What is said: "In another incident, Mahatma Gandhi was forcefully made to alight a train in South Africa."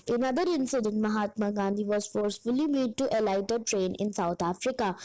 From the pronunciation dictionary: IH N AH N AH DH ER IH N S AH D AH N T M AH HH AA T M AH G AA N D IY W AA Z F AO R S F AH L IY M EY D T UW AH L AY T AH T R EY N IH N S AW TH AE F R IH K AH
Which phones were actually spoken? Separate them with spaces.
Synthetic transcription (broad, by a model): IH N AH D AH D IH N S AH D AH N T M AH HH AA T M AH G AA N D IY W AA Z F AO R S F AH L IY M EY D T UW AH L AY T AH T R EY N IH N S AW T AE F R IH K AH